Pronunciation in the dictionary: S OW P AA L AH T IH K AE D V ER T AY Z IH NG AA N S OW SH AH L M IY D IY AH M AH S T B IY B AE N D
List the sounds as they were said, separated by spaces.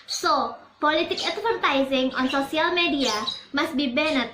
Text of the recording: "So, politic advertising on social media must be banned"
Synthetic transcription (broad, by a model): S OW P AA L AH T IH K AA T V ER T AY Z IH NG AA N S OW S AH L M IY D IY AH M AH S T B IY B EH N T